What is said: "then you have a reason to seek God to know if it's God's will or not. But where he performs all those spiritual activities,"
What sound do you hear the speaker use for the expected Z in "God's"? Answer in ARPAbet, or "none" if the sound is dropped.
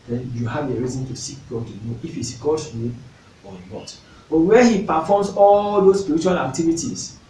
none